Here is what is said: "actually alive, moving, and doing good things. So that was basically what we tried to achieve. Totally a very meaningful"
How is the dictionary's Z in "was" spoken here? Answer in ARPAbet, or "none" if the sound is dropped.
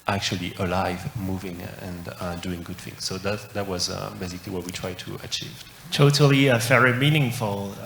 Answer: Z